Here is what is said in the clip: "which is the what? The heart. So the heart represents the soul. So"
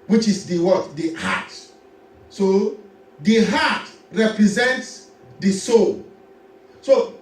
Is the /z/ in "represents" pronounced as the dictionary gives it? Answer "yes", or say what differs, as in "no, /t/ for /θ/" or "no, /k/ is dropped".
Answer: yes